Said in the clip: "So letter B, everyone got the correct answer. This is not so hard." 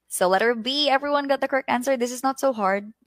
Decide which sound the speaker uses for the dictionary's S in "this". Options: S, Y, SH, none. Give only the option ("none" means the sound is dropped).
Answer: S